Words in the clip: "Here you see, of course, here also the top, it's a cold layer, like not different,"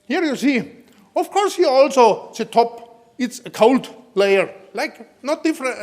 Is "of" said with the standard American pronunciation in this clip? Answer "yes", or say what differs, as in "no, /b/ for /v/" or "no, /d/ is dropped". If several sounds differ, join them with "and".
no, /f/ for /v/